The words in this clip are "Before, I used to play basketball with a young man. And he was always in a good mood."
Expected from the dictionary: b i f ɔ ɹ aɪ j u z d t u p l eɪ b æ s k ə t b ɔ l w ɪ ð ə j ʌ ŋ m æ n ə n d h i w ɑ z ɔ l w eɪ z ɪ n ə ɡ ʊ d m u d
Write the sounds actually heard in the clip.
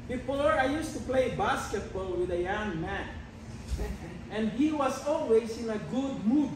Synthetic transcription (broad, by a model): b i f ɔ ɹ aɪ j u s t u p l eɪ b æ s k ə t b ɔ l w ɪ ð ə j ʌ ŋ m æ n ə n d h i w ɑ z ɔ l w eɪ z ɪ n ə ɡ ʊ d m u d